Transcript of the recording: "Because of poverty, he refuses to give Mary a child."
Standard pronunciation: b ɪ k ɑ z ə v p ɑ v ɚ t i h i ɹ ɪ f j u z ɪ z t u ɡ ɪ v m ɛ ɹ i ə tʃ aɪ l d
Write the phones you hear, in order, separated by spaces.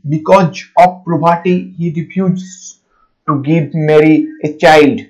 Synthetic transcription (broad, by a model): b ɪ k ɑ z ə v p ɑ b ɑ t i h i ɹ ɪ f j u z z t u ɡ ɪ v m ɛ ɹ i ə tʃ aɪ l d